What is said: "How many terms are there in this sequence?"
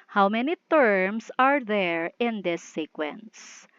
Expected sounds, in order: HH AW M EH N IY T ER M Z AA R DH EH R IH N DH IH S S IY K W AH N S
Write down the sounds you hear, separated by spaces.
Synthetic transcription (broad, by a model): HH AW M EH N IY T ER M S AA R DH EH R IH N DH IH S S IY K W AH N S